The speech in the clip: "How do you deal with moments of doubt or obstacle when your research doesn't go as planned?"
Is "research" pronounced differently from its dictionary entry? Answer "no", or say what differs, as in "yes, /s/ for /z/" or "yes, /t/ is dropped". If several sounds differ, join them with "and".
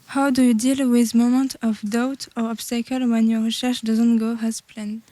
yes, /ʃ/ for /s/ and /ʃ/ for /tʃ/